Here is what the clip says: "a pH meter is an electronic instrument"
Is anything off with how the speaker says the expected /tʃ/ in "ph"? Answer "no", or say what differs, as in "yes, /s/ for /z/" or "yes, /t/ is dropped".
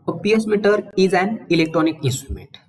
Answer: yes, /s/ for /tʃ/